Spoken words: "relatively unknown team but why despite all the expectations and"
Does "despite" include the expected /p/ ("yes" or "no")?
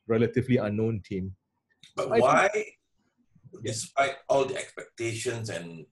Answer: yes